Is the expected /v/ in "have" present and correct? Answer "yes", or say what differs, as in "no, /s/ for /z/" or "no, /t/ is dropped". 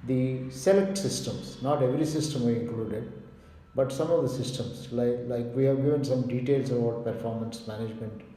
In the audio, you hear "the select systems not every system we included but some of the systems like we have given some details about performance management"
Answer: yes